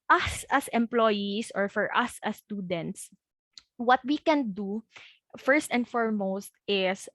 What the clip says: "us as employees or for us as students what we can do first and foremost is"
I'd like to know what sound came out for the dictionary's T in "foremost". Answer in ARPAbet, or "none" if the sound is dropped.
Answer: T